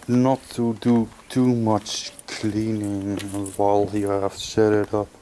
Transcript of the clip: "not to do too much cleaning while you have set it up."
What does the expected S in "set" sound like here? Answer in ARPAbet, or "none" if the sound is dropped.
SH